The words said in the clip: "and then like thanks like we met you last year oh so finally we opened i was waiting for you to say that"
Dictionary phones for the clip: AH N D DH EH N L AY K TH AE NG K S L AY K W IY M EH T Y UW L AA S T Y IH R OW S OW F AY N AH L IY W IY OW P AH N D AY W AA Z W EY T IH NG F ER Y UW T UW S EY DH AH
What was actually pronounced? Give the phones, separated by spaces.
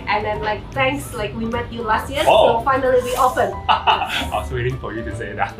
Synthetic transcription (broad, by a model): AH N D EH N L AY K T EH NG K S L AY K W IY M EH T Y UW L AA S T Y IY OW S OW F AY N AH L IY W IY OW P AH N AY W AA S W EY T IH NG F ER Y UW T UW S EY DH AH